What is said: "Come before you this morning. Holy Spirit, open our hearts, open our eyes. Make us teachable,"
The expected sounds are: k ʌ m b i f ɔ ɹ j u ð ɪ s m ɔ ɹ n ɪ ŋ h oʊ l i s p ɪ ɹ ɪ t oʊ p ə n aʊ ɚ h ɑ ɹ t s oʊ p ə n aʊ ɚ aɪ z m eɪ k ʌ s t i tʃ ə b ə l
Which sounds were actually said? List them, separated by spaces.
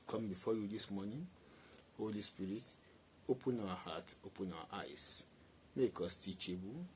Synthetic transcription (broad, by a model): k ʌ m b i f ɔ j u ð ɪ s m ɔ n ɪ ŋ h oʊ l i s p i ɹ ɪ t oʊ p ə n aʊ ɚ h ɑ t oʊ p ə n aʊ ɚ aɪ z m eɪ k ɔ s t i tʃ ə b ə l